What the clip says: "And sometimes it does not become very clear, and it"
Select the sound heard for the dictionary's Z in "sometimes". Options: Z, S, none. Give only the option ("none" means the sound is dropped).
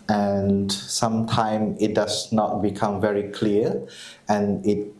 none